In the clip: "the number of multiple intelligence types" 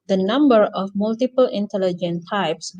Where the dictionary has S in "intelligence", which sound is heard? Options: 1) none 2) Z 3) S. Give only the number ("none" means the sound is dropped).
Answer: 1